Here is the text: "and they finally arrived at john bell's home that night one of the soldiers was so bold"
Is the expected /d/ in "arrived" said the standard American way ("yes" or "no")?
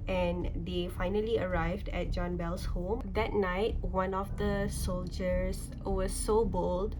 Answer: yes